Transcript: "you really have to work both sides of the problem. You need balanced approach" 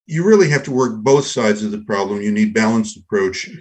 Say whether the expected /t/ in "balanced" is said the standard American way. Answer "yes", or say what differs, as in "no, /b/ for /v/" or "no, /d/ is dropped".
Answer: yes